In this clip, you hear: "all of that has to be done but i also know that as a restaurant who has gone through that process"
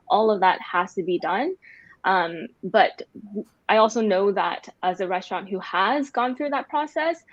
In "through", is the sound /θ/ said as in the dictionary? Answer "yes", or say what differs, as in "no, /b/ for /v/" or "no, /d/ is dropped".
yes